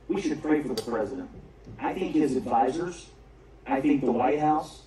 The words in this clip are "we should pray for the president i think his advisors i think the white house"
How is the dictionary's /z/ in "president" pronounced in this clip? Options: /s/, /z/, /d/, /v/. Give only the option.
/z/